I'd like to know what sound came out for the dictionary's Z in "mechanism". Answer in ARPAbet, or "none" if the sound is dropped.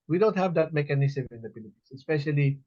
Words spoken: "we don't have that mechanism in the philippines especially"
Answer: S